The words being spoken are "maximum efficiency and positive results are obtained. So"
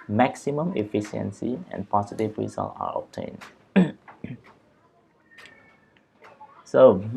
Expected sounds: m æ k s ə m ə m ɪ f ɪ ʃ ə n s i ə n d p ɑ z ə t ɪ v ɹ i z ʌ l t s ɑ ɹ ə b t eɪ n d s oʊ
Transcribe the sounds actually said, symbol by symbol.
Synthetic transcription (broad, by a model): m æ k s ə m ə m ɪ f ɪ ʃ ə n s i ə n p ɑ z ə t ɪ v ɹ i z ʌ l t ɑ ɹ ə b t eɪ n s oʊ